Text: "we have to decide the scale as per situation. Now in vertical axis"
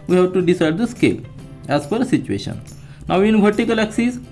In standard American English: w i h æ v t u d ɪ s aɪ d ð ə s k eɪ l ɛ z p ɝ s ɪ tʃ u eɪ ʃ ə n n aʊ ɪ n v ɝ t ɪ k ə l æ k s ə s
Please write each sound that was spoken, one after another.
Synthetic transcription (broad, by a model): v i h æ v t u d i s aɪ d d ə s k eɪ l ɛ z f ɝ s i tʃ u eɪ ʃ ə n n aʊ ɪ n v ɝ t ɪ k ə l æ k s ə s